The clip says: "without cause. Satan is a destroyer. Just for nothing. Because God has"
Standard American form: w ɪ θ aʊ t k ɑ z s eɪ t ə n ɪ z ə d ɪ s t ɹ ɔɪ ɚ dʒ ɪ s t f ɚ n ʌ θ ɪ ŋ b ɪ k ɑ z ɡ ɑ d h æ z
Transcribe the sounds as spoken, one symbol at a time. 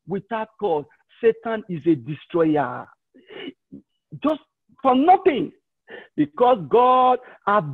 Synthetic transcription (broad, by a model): w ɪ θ aʊ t k ɑ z s eɪ t ə n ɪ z ə d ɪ s t ɹ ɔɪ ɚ dʒ ɪ s t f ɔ n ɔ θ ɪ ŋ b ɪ k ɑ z ɡ ɑ d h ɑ